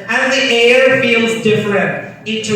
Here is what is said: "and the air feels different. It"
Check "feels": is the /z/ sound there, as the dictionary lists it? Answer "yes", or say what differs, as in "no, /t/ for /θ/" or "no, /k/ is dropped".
yes